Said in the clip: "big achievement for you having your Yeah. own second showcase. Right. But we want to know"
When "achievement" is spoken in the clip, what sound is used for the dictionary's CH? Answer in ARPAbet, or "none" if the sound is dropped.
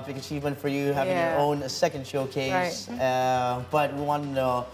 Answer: CH